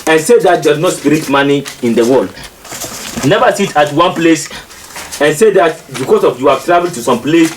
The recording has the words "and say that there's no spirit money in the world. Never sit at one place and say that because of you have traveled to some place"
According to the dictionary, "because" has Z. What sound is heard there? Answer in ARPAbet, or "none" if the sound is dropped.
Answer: S